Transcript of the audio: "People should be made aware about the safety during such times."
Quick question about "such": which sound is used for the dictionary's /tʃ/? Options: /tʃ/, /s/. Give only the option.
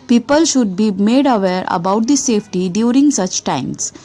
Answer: /tʃ/